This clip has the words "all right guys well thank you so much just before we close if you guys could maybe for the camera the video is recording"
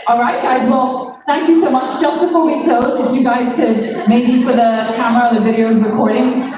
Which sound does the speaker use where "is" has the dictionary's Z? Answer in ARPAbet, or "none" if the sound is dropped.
Z